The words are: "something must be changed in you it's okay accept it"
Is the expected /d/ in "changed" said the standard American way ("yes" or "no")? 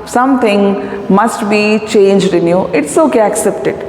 yes